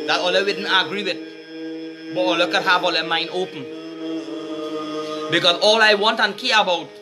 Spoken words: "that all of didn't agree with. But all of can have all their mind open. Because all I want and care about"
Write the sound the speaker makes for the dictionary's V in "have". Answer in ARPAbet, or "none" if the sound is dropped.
B